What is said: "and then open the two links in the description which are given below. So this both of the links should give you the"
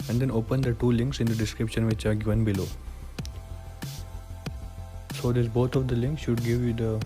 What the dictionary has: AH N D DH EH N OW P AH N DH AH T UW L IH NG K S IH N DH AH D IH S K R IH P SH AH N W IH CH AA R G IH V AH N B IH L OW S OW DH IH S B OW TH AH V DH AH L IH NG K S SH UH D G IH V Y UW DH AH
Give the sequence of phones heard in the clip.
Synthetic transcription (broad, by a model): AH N D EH N OW P AH N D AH T UW L IH NG K S IH N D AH D IH S K R IH P SH AH N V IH CH AA R G IH V AH N B IH L OW S OW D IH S B OW T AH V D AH L IH NG K S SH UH D G IH V Y UW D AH